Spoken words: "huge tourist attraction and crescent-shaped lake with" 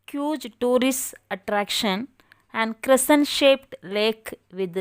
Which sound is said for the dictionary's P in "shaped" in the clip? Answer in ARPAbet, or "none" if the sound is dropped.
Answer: P